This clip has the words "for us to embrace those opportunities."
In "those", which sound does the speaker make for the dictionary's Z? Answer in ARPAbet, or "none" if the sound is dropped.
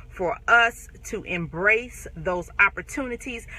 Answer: Z